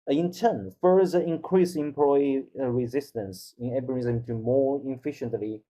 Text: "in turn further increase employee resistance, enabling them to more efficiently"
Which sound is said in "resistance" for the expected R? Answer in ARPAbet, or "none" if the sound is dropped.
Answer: R